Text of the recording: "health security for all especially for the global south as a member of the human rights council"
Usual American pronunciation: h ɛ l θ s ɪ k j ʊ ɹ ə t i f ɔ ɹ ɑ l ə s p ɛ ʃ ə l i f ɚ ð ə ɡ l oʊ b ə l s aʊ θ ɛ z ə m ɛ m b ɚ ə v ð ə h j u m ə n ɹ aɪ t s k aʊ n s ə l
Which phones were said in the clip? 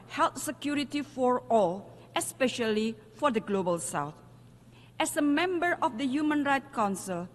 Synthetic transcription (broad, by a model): h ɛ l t s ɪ k j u ɹ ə t i f ɔ ɹ ɑ l ə s p ɛ ʃ ə l i f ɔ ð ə ɡ l oʊ b ə l s aʊ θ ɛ s ə m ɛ m b ɚ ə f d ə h j u m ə n ɹ aɪ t k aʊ n s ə l